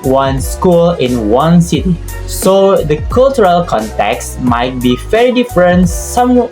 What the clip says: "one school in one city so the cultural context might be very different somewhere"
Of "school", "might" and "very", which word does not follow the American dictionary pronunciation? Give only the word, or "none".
very